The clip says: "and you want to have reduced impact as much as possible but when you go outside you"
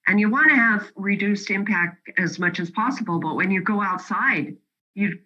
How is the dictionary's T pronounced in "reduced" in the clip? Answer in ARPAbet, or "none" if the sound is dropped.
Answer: T